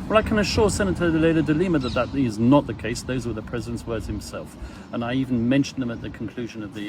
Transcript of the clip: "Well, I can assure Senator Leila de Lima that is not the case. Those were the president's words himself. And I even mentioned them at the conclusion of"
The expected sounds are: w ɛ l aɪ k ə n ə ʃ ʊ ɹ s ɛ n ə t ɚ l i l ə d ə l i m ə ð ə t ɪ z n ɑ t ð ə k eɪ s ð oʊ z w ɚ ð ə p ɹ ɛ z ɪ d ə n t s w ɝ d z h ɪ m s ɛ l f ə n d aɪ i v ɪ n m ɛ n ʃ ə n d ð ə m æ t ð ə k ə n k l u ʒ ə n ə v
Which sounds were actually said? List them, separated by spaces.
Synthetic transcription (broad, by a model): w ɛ l aɪ k ə n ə ʃ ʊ ɹ s ɛ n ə t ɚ l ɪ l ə d ə l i m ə ð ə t ɪ z n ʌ t ð ə k eɪ s ð oʊ z w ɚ ð ə p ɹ ɛ z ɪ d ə n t s w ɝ d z h ɪ m s ɛ l f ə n aɪ i v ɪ n m ɛ n ʃ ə n ð ə m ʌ t ð ə k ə n k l u ʒ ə n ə v